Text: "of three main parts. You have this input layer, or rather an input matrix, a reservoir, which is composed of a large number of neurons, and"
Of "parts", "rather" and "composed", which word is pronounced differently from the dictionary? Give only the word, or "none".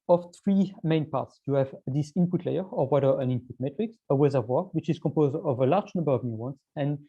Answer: rather